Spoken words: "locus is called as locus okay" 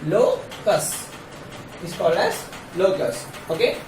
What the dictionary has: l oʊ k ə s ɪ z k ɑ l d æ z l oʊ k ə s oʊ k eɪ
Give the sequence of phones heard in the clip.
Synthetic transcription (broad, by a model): l oʊ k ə s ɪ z k ɑ l d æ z l oʊ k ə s oʊ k eɪ